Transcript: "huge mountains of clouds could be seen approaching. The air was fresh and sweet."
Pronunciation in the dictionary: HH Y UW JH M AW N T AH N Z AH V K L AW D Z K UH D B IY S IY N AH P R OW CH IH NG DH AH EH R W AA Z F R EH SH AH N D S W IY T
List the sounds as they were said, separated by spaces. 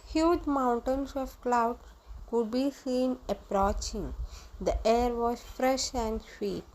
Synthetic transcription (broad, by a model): HH Y UW JH M AW N T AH N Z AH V K L AW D K UH D B IY S IY N AH P R OW CH IH NG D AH EH R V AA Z F R EH SH AH N D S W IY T